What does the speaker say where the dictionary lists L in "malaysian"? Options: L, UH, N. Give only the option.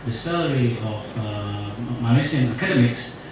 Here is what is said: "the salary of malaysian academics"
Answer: N